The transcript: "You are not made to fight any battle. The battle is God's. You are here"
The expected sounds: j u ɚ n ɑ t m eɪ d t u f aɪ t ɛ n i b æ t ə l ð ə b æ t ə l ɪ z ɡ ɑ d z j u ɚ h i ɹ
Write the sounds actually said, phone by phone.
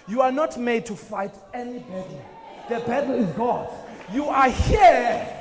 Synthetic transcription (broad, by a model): j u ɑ n ɑ t m eɪ d t u f aɪ t ɛ n i b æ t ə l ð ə b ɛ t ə l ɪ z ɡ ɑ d j u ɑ h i